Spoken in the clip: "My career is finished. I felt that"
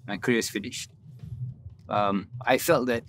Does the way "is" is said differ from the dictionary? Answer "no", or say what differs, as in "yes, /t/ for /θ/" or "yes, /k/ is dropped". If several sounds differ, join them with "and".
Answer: yes, /s/ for /z/